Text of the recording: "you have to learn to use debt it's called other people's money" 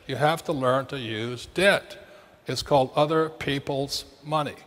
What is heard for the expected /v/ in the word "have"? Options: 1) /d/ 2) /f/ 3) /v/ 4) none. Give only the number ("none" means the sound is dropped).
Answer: 2